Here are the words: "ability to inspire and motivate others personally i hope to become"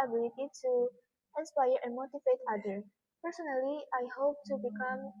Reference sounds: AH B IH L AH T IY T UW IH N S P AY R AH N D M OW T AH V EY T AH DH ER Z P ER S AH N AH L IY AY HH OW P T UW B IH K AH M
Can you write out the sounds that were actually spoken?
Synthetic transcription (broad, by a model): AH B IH L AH T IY T UW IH N S P AY R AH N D M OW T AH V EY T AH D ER P ER S AH N AH L IY AY HH OW P T UW B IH K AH M